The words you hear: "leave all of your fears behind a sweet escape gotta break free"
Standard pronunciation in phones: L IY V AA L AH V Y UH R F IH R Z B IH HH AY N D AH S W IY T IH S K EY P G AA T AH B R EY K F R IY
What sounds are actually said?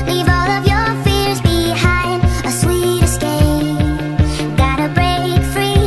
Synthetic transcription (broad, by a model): L IY V AA L AH V Y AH R F IH R Z B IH HH AY N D AH S W IY T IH S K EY G AA T AH B R EY K F R IY